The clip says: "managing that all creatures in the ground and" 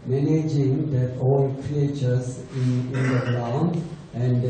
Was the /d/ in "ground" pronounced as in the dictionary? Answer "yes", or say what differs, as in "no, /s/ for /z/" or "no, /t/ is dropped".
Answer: no, /d/ is dropped